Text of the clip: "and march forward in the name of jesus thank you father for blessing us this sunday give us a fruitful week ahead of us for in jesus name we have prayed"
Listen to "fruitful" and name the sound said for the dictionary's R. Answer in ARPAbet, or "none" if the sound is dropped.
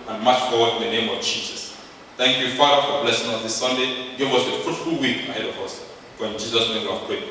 none